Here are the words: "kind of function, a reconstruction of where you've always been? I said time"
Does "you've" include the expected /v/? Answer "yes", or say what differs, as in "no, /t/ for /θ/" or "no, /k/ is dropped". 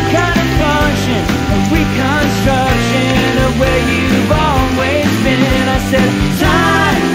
yes